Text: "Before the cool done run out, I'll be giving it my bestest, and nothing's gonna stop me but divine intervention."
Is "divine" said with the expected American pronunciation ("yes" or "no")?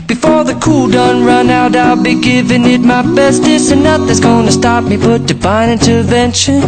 no